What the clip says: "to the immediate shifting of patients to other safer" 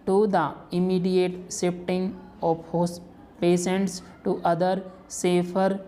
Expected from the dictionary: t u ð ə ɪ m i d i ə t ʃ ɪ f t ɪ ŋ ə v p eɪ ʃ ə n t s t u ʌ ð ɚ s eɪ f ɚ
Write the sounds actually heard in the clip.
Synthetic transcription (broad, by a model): t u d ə ɪ m i d i ə t s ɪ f t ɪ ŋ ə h p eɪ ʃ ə n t s t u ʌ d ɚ s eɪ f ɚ